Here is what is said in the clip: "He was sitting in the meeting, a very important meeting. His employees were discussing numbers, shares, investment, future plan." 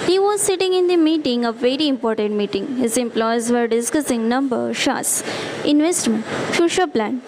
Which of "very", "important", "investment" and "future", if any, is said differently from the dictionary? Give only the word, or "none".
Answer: future